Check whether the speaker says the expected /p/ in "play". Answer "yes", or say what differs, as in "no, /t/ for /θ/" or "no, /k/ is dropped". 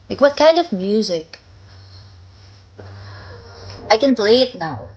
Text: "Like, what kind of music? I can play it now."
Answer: no, /b/ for /p/